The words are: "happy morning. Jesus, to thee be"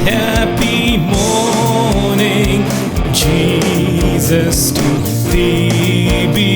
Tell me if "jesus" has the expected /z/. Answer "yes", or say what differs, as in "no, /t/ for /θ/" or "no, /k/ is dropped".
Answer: yes